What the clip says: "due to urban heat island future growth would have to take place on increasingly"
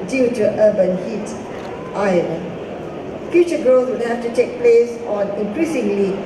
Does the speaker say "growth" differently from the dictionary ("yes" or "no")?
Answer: yes